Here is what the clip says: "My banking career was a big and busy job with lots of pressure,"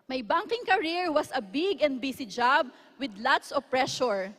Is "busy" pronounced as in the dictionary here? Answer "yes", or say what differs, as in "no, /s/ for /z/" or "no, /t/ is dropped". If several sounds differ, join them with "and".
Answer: no, /s/ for /z/